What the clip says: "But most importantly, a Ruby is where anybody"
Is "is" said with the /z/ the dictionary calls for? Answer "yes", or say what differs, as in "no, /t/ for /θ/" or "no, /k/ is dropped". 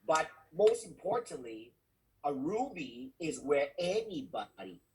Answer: yes